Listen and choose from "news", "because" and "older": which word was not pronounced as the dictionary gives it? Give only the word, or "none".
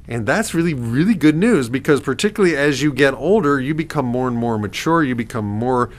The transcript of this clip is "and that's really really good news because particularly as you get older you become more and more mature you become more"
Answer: none